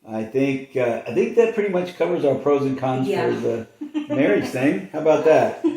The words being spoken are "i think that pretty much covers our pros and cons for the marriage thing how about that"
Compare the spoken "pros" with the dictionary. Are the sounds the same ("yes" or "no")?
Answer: yes